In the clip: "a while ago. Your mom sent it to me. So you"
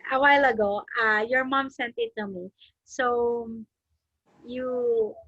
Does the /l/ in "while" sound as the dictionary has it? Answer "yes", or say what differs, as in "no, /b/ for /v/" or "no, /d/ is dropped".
yes